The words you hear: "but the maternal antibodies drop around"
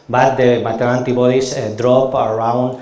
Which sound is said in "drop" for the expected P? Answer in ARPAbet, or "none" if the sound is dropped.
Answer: P